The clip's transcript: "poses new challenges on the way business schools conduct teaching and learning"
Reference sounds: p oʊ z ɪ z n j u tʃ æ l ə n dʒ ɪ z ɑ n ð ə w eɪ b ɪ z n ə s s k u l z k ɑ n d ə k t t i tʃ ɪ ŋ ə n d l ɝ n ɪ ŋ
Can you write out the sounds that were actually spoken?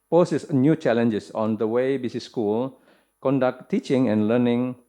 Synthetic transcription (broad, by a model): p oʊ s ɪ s n j u tʃ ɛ l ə n dʒ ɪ s ɑ n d ə w eɪ b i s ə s s k u l k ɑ n d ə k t t i tʃ ɪ ŋ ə n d l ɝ n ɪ ŋ